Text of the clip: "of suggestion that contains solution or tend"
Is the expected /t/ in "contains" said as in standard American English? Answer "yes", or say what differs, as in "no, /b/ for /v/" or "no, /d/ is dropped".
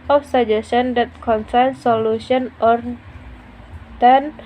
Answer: no, /s/ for /t/